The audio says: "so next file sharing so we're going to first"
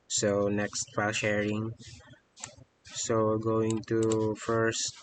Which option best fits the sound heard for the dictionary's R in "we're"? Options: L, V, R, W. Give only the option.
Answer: L